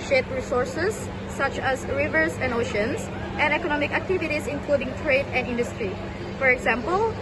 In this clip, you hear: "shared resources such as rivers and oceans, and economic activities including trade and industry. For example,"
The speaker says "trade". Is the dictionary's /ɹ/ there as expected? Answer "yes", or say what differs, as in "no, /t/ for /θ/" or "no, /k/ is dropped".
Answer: yes